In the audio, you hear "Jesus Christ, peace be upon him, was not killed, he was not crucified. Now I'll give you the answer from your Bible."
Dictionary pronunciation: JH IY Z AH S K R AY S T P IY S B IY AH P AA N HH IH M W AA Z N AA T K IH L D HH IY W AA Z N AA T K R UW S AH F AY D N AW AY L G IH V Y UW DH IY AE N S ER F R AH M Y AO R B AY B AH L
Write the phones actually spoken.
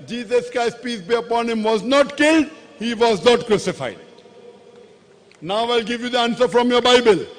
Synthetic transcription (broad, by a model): JH IY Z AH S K AY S P IY S B IY AH P AA N HH IH M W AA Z N AA T K IH L D HH IY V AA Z N AA T K R UW S AH F AY D N AW AY L G IH V Y UW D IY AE N S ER F R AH M Y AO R B AY B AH L